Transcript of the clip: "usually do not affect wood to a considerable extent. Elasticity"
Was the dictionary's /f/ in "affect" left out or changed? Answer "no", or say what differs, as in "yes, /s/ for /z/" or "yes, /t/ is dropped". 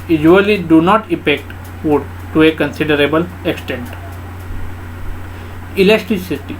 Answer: yes, /p/ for /f/